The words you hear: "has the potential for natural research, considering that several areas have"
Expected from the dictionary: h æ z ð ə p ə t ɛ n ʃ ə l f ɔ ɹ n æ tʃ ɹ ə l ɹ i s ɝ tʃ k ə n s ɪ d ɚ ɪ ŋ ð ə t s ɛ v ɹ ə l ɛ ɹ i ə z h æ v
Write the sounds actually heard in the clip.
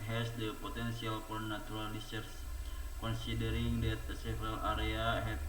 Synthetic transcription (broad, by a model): h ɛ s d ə p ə t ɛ n s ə l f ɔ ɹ n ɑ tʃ ɹ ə l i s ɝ s k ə n s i d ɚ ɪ ŋ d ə t s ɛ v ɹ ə l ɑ ɹ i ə h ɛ